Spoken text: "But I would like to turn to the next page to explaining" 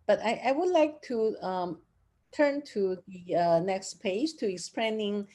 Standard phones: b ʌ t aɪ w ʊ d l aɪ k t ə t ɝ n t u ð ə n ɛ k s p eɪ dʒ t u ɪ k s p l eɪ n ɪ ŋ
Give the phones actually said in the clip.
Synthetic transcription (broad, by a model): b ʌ t aɪ w ʊ d l aɪ k t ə t ɝ n t u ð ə n ɛ k s p eɪ dʒ t u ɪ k s p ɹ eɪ n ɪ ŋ